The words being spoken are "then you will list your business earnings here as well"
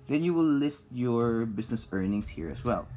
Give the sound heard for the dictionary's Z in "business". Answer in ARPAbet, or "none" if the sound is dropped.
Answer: S